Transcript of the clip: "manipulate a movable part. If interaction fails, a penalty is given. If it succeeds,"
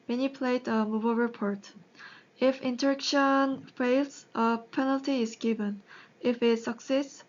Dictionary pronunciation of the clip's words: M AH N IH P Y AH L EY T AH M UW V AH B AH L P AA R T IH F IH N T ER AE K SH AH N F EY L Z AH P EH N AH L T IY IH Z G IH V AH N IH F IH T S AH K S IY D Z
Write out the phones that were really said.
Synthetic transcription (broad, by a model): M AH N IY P L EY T AH M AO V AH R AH P AA R T IH F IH N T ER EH K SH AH N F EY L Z AH P EH N AH L T IY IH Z G IH V AH N IH F IH T S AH K S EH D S